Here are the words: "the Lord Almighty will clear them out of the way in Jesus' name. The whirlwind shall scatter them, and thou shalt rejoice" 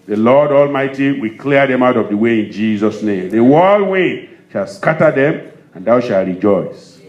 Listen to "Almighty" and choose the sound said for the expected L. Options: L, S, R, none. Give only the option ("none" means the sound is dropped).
L